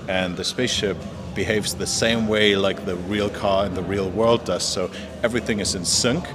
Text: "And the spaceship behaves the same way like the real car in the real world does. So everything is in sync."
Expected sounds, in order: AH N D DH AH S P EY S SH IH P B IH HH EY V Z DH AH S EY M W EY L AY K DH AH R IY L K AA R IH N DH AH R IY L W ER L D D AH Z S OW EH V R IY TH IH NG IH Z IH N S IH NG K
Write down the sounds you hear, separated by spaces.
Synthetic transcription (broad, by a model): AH N DH AH S P EY S SH IH P B IH HH EY V Z DH AH S EY M W EY L AY K DH AH R IY L K AA R IH N DH AH R IY L W ER L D D AH Z S OW EH V R IY TH IH NG IH Z IH N S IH NG K